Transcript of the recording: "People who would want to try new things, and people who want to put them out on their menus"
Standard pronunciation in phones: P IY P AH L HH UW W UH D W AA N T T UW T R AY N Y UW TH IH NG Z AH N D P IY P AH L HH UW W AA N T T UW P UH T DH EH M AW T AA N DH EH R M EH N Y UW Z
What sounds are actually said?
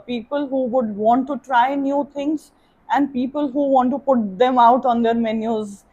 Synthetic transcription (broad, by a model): P IY P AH L HH UW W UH D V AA N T T UW T R AY N Y UW T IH NG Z AH N D P IY P AH L HH UW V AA N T T UW P UH T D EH M AW T AA N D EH R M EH N Y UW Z